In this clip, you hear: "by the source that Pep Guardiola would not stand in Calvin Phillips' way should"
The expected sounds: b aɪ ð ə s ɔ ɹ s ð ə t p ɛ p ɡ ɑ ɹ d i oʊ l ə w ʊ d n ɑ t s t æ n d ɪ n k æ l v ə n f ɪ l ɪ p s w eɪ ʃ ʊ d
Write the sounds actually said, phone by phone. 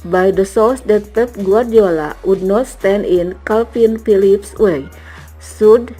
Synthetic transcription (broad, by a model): b aɪ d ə s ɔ l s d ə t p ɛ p ɡ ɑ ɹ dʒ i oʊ l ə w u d n ɑ t s t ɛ n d ɪ n k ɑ l f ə n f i l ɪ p s w eɪ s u d